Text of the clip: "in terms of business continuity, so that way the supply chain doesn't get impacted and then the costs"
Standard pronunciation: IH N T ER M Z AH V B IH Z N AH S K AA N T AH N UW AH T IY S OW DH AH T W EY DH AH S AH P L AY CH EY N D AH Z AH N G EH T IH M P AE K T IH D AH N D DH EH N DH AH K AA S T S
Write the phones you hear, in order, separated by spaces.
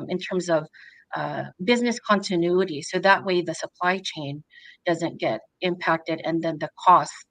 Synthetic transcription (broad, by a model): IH N T ER M Z AH V B IH Z N AH S K AA N T AH N UW AH T IY S OW DH AH T W EY DH AH S AH P L AY CH EY N D AH Z AH N G EH T IH M P AE K T IH D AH N DH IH N DH AH K AA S S